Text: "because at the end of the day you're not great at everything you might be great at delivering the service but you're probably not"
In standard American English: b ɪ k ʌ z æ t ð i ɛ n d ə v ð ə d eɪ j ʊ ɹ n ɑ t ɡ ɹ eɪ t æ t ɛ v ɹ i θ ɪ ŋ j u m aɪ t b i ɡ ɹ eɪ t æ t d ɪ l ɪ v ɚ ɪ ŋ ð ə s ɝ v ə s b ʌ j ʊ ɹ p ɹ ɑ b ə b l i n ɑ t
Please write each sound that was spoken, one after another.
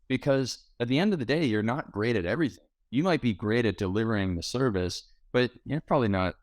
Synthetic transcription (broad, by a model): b ɪ k ʌ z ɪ t ð i ɛ n d ə v ð ə d eɪ j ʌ ɹ n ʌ t ɡ ɹ eɪ t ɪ t ɛ v ɹ i θ ɪ ŋ j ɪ m aɪ t b i ɡ ɹ eɪ t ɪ t d ɪ l ɪ v ɚ ɪ ŋ ð ə s ɝ v ə s b ʌ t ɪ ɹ p ɹ ɑ b ə b l i n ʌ t